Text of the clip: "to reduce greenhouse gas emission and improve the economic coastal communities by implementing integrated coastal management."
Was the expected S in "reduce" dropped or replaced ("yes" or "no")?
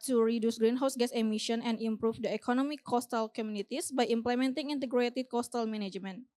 no